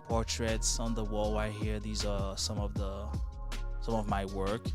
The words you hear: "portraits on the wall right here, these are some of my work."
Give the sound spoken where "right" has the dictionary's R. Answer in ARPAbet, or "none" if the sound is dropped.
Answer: W